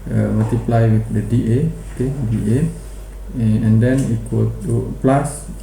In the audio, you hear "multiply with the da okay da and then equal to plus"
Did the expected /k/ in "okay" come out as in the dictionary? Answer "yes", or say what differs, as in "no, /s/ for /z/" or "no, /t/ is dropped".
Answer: yes